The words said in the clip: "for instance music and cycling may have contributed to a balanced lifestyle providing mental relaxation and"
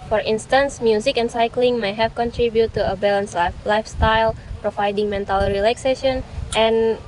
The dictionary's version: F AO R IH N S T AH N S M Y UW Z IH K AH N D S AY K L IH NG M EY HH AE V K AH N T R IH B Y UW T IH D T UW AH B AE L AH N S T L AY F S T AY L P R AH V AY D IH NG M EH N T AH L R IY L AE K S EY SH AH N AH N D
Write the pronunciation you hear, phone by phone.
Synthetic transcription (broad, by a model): F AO R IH N S T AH N S M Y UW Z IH K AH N S AY K L IH NG M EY HH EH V K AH N T R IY B Y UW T T UW AH B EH L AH N S L AY F S T AY L P R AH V AY D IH NG M EH N T AH L R IY L AE K S EY SH AH N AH N